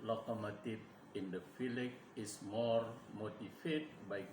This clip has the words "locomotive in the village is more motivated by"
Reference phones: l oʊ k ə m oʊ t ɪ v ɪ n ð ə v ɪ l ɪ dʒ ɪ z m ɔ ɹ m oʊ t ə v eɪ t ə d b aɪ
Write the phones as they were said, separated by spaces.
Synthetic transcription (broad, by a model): l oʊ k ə m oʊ t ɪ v ɪ n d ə f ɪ l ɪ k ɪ s m ɔ ɹ m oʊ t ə f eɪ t b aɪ